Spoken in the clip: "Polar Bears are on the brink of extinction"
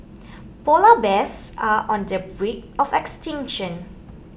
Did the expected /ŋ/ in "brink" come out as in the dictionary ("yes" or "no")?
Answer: no